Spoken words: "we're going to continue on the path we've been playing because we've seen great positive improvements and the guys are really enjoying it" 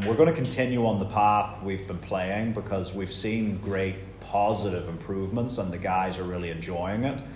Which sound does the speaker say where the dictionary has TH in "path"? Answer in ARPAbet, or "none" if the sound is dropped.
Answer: TH